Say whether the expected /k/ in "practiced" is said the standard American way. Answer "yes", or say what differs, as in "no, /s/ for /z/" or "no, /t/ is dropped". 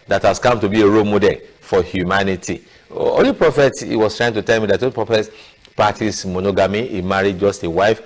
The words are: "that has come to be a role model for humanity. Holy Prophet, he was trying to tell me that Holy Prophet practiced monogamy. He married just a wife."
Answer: no, /k/ is dropped